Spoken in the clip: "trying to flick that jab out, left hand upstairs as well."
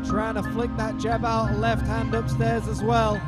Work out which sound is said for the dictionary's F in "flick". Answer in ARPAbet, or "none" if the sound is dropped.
F